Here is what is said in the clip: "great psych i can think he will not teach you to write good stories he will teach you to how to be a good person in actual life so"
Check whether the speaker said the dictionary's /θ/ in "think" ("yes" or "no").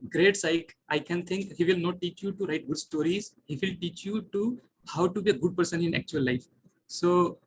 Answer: no